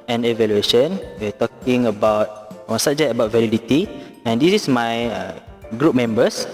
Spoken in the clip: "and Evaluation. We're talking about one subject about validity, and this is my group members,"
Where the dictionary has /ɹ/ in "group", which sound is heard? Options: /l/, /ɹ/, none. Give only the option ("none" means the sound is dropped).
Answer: /ɹ/